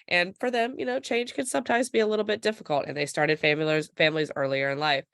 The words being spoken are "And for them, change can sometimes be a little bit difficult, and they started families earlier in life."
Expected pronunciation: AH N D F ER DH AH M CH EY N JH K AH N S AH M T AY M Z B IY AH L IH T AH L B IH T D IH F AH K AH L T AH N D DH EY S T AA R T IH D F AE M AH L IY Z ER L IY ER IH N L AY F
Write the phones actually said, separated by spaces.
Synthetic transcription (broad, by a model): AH N F ER DH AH M CH EY N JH K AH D S AH M T AY M Z B IY AH L IH T L B IH T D IH F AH K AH L T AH N DH EY S T AA R T IH D F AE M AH L IY Z ER L IY ER IH N L AY F